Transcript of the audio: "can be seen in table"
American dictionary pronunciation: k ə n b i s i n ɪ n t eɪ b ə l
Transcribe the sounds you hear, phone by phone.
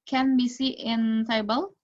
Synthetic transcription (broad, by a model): k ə n b i s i ɪ n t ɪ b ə l